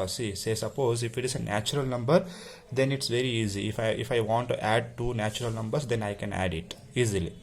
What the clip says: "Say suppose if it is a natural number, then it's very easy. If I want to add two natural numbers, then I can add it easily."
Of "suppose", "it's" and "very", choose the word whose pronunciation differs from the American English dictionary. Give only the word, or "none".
none